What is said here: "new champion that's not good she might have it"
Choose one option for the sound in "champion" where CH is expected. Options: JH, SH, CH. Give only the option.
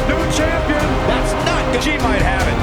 CH